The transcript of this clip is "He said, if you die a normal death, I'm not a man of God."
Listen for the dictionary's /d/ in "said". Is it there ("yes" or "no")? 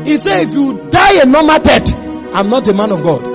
no